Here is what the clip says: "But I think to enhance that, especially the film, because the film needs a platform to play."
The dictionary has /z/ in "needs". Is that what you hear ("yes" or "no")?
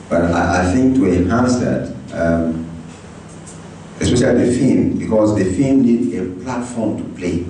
no